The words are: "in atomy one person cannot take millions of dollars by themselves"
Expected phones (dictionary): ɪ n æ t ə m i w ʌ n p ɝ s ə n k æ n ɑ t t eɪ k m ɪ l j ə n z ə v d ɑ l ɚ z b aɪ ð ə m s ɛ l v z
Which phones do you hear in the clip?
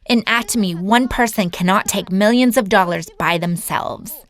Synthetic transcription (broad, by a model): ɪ n æ t ə m i w ʌ n p ɝ s ə n k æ n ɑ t t eɪ k m ɪ l j ə n z ə v d ɑ l ɚ z b aɪ ð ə m s ɛ l v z